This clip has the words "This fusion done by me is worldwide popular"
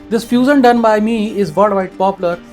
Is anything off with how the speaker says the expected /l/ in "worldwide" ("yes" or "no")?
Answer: yes